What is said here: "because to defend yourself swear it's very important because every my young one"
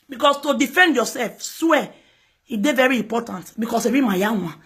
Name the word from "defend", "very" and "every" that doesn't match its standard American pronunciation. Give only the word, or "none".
every